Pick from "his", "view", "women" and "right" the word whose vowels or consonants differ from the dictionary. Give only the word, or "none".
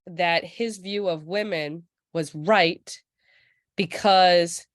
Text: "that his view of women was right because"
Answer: none